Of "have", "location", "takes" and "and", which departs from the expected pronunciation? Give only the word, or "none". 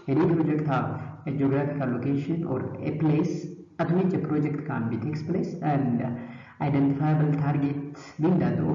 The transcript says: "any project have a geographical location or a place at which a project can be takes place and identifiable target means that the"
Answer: have